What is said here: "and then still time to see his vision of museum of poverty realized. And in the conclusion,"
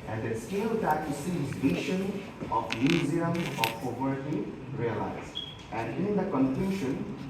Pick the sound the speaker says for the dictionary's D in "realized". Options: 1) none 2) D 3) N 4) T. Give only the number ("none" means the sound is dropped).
1